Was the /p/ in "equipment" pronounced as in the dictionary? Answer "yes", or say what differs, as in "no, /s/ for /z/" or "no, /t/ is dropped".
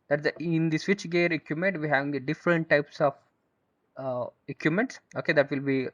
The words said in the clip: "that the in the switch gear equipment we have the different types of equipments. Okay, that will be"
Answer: no, /p/ is dropped